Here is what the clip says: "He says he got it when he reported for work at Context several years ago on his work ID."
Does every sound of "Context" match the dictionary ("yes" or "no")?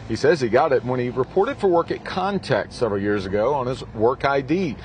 no